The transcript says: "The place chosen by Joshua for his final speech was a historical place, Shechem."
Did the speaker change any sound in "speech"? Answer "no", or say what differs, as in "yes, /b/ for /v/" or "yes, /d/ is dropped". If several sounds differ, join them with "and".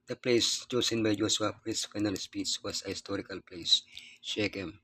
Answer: yes, /s/ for /tʃ/